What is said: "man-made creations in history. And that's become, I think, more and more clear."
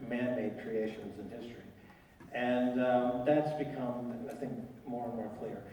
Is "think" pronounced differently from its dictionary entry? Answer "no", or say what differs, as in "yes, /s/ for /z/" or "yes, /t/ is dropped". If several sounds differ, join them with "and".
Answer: no